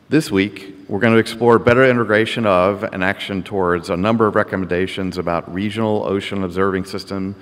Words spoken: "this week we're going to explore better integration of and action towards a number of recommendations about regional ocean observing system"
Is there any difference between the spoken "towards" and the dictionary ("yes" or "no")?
no